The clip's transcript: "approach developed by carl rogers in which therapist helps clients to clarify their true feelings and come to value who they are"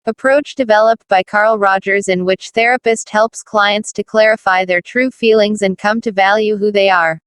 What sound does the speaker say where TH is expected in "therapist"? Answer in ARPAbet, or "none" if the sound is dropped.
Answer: TH